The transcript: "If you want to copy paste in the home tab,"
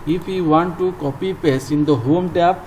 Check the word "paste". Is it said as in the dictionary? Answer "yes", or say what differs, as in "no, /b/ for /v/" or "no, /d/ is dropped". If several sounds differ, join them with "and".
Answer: no, /t/ is dropped